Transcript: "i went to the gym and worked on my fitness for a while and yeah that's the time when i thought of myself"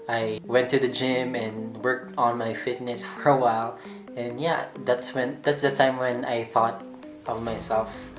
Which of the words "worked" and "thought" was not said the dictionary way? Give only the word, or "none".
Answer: none